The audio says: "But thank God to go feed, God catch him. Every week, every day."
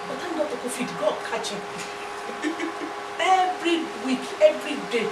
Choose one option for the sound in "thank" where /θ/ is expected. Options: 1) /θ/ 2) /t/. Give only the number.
2